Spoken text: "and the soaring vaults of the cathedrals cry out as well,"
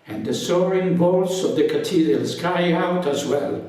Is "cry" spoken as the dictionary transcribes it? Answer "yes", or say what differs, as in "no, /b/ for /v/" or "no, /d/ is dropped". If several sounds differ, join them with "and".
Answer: no, /ɹ/ is dropped